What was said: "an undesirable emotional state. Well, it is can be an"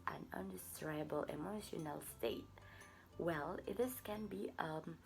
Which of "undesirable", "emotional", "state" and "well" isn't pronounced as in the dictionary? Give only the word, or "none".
undesirable